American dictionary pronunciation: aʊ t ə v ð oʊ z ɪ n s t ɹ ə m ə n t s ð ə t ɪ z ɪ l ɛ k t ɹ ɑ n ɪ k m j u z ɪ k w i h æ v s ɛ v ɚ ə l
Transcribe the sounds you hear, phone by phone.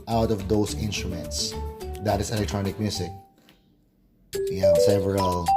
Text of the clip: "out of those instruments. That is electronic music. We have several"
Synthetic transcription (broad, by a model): aʊ t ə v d oʊ s ɪ n s t ɹ ə m ə n t s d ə t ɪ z ɪ l ɛ k t ɹ ɑ n ɪ k m j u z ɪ k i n s ɛ v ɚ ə l